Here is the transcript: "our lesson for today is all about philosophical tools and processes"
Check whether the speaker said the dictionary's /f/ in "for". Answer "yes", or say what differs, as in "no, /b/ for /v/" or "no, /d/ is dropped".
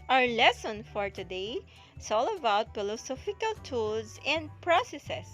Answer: yes